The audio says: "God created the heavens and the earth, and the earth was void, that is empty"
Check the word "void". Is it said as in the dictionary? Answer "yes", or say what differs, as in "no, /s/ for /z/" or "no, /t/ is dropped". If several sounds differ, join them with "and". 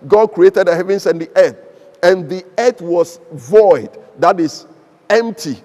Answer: yes